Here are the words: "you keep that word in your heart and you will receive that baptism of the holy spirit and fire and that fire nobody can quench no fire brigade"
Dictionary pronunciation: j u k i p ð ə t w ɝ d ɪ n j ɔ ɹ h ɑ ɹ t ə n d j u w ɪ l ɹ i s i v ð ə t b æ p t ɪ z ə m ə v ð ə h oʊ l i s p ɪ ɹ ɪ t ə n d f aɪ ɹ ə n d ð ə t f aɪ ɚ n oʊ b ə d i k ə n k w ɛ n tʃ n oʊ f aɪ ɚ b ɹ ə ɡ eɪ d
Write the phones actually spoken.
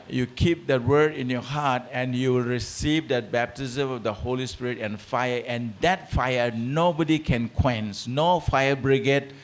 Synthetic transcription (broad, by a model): j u k i p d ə t w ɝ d ɪ n j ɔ h ɑ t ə n j u w ɪ l ɹ i s i v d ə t b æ p t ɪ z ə m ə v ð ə h oʊ l i s p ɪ ɹ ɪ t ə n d f aɪ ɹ ə n d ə t f aɪ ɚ n oʊ b ə d i k ə n k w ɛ n s n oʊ f aɪ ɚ b ɹ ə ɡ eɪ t